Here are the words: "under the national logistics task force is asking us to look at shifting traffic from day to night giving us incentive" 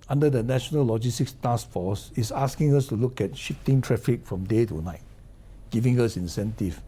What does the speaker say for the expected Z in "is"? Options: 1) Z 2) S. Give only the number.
2